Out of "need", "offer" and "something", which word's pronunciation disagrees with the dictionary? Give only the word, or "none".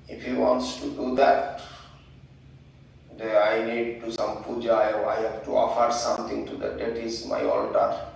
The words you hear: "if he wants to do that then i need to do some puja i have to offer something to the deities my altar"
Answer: something